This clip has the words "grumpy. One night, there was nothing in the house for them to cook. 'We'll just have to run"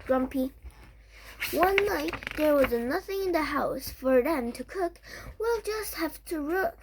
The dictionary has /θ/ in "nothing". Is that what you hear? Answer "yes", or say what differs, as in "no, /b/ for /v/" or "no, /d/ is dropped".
yes